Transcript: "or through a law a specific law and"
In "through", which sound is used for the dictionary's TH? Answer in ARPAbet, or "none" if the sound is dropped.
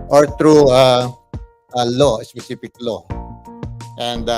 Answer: T